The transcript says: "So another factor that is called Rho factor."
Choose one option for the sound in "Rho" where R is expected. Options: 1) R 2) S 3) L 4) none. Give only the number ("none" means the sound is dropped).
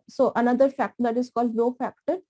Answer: 3